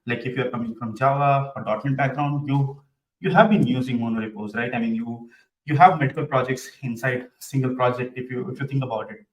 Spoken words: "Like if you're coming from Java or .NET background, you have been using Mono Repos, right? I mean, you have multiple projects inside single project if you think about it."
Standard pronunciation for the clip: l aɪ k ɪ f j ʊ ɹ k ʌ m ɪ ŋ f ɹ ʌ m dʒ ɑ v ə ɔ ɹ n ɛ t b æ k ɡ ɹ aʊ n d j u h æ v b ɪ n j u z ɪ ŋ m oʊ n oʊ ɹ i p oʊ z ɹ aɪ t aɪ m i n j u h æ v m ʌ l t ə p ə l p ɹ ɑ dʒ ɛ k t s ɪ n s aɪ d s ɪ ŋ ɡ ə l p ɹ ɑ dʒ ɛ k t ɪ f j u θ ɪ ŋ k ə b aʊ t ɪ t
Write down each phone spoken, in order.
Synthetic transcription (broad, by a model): l aɪ k ɪ f j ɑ ɹ k ʌ m ɪ ŋ f ɹ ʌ m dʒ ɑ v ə ɔ ɹ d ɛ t b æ k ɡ ɹ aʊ n d j u h æ v b ɪ n j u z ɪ ŋ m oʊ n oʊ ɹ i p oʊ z ɹ aɪ t aɪ m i n j u h æ v m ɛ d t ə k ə l p ɹ ɑ dʒ ɛ k t s ɪ n s aɪ d s ɪ ŋ ɡ ə l p ɹ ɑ dʒ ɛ k t ɪ f j u t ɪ ŋ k ə b aʊ t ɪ t